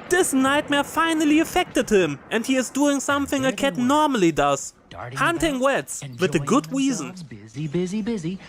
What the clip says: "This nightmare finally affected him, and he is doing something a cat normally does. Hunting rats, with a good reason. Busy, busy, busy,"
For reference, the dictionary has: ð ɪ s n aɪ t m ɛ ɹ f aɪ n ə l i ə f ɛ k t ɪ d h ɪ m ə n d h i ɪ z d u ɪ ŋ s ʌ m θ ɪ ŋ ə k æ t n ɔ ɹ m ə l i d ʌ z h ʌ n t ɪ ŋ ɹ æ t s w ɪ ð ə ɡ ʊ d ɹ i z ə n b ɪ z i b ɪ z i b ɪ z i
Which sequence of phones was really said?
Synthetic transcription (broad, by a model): ð ɪ s n aɪ t m ɛ ɹ f aɪ n ə l i ə f ɛ k t ɪ d h ɪ m ə n d h i ɪ z d u ɪ ŋ s ʌ m θ ɪ ŋ ə k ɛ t n ɔ ɹ m ə l i d ʌ z h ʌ n t ɪ ŋ w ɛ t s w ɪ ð ə ɡ ʊ d ɹ i z ə n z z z